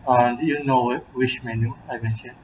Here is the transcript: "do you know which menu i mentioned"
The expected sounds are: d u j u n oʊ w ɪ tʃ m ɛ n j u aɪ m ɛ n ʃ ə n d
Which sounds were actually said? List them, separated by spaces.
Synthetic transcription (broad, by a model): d j u n oʊ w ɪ ʃ m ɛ n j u aɪ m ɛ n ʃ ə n